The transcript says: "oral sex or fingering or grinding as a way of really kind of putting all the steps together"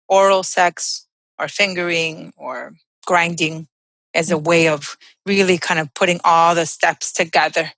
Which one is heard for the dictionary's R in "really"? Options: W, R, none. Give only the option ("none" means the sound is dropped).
R